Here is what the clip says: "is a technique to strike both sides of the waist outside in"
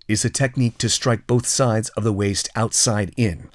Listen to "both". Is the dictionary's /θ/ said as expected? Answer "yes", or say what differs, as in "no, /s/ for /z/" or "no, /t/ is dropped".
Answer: yes